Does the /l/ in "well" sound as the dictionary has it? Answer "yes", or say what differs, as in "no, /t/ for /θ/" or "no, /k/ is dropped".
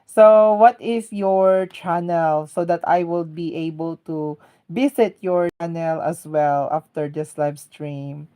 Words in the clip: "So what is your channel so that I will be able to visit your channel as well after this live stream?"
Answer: yes